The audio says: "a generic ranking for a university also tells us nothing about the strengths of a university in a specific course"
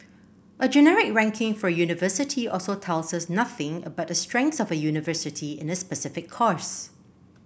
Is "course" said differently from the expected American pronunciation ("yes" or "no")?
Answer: no